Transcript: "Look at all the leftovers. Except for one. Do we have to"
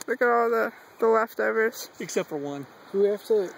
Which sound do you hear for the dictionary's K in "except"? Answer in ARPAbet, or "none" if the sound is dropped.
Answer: K